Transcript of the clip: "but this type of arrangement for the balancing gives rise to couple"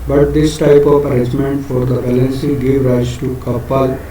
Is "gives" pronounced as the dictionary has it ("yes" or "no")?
no